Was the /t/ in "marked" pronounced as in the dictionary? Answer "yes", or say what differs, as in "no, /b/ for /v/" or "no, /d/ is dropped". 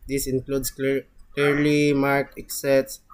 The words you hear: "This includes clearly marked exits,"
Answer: no, /t/ is dropped